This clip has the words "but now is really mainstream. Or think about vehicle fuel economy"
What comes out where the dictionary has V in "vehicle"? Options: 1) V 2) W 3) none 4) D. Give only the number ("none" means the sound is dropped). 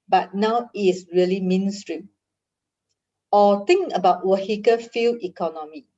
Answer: 2